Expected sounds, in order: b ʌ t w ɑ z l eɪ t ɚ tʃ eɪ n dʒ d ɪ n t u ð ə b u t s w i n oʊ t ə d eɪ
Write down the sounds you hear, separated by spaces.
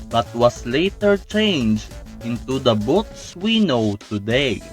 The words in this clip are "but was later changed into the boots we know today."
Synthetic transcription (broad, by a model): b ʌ t w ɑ s l eɪ t ɚ tʃ eɪ n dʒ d ɪ n t u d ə b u t s w i n oʊ t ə d eɪ